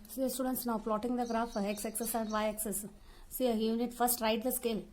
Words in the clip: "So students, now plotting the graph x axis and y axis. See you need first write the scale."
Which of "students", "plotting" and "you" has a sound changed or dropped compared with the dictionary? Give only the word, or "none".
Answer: plotting